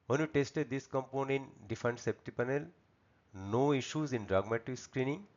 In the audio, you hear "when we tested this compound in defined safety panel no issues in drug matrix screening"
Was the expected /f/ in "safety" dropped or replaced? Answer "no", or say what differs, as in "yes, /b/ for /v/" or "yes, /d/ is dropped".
yes, /p/ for /f/